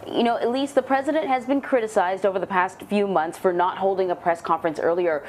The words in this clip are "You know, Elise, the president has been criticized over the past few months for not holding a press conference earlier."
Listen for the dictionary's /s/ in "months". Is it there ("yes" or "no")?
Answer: yes